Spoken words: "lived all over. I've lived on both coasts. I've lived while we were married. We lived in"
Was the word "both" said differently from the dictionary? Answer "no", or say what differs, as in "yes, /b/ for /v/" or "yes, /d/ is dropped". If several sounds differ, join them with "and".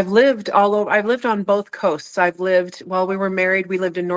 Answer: no